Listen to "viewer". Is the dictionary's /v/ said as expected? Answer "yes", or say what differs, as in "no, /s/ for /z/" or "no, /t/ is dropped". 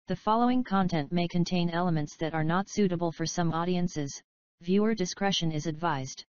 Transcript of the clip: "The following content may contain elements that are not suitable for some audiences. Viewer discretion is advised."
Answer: yes